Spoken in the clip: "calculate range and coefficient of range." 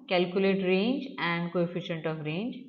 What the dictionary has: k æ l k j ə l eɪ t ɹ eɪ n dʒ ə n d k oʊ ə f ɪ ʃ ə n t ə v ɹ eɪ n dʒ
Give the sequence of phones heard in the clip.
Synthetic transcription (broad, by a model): k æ l k j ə l eɪ t ɹ eɪ n dʒ ə n d k oʊ ə f ɪ ʃ ə n t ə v ɹ eɪ n dʒ